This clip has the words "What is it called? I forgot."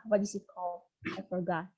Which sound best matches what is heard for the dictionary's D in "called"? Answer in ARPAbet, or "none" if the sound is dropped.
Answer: none